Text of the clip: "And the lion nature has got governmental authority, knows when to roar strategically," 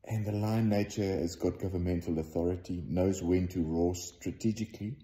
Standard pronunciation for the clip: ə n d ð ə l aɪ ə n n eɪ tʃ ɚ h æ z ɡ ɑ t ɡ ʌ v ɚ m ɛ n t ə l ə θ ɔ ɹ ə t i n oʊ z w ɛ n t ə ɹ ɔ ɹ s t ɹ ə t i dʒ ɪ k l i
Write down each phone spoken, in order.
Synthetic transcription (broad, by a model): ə n ð ə l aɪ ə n n eɪ tʃ ɚ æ z ɡ ɑ t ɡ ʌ v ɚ m ɛ n t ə l ə θ ɔ ɹ ə t i n oʊ z w ɛ n t ə ɹ ɔ s t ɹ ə t i dʒ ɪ k l i